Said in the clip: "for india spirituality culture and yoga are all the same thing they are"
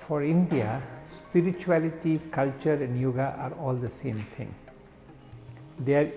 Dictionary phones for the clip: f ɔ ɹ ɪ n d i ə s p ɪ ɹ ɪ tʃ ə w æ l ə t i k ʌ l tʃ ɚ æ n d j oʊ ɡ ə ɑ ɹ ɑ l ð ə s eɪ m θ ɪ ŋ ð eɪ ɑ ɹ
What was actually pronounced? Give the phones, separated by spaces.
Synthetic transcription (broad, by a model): f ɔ ɹ ɪ n d i ə s p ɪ ɹ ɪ tʃ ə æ l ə t i k ʌ l tʃ ɚ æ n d j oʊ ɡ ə ɑ ɹ ɑ l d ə s eɪ m t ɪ ŋ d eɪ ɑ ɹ